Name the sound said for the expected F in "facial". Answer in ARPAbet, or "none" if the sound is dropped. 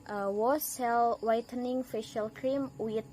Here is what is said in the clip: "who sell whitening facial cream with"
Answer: F